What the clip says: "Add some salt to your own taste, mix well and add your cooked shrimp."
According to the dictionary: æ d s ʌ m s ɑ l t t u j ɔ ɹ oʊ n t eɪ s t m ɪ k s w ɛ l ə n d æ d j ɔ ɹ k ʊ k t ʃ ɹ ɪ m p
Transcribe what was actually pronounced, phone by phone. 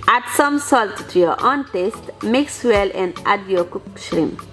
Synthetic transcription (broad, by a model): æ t s ʌ m s ɑ l t t u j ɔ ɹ oʊ n t eɪ s t m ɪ k s w ɛ l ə n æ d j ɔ k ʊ k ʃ ɹ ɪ m